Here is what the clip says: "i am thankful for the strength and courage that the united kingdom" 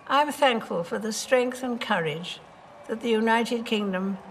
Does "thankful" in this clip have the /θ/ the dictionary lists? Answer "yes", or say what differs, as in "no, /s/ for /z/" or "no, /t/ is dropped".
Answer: yes